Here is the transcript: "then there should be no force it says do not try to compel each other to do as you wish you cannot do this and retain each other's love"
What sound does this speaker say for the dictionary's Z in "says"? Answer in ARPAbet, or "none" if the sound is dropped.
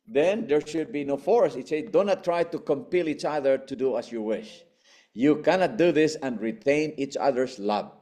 none